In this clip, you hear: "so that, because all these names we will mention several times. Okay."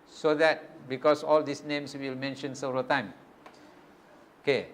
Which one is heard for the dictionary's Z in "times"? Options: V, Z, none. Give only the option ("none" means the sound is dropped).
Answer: none